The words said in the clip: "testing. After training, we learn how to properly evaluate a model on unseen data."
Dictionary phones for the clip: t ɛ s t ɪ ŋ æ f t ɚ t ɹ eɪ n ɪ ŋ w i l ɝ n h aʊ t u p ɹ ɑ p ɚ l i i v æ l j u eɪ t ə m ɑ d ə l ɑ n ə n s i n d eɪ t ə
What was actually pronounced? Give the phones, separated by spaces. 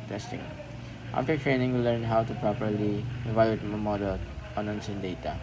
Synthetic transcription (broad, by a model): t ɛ s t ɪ ŋ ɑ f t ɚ t ɹ eɪ n ɪ ŋ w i l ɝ n h aʊ t u p ɹ ɑ p ɚ l i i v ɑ j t ə m ɑ d ə l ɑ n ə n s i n d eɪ t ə